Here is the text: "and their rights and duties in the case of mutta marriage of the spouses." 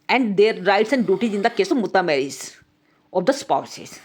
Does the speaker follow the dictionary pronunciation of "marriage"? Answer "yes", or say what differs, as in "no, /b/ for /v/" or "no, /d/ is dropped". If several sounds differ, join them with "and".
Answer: no, /z/ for /dʒ/